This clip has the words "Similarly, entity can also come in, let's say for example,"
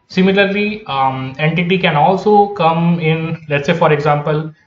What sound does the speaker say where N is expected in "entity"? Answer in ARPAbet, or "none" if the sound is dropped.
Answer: N